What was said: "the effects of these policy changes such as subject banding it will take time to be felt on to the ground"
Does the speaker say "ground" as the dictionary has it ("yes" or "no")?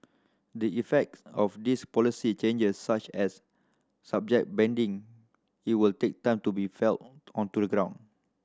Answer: no